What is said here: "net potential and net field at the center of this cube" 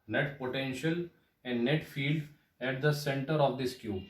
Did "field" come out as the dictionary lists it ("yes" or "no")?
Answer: yes